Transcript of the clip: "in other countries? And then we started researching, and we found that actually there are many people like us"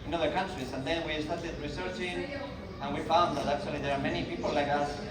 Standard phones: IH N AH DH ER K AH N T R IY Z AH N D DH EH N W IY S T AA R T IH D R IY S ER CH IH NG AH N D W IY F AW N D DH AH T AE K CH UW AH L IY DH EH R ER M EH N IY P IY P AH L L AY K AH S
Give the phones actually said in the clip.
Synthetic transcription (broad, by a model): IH N AH DH ER K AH N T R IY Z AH N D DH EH N W IY S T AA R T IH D R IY S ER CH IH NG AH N W IY F AW N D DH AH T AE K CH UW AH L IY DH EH R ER M EH N IY P IY P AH L L AY K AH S